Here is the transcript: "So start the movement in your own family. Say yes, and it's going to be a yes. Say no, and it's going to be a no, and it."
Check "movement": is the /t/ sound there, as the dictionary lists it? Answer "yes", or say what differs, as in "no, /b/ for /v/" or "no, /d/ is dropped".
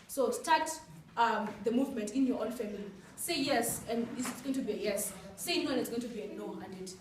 yes